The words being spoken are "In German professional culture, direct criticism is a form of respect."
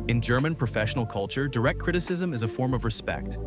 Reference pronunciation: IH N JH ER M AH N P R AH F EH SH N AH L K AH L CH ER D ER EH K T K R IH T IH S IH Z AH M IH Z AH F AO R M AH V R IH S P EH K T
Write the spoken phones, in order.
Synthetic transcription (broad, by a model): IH N JH ER M AH N P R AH F EH SH N L K AH L CH ER D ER EH K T K R IH T IH S IH Z AH M IH Z AH F AO R M AH V R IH S P EH K T